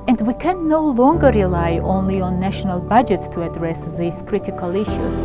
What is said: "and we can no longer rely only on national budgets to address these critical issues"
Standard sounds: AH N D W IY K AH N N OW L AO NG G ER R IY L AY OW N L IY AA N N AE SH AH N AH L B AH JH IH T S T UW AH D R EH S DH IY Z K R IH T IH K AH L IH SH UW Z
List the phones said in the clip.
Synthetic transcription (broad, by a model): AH N D W IY K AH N N OW L AO NG G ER R IY L AY OW N L IY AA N N AE SH AH N AH L B AH JH IH T S T UW AH D R EH S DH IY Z K R IH T IH K AH L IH SH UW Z